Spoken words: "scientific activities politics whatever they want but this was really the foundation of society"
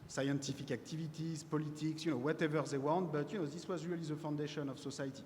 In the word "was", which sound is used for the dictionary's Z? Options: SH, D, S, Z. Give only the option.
Z